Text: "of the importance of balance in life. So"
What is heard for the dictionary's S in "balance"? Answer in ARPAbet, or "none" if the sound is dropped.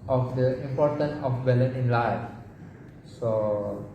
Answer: none